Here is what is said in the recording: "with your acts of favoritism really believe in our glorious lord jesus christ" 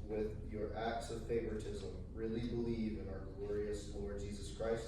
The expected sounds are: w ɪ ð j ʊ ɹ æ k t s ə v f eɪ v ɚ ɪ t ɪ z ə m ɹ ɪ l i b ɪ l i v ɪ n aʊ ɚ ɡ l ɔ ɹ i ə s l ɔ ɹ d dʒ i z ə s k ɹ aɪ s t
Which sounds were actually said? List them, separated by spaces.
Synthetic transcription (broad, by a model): w ɪ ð j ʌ ɹ æ k t s ə v f eɪ v ɚ ɪ t ɪ z ə m ɹ ɪ l i b ɪ l i v ɪ n aʊ ɚ ɡ l ɔ ɹ i ə s l ɔ ɹ d dʒ i z ə s k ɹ aɪ s t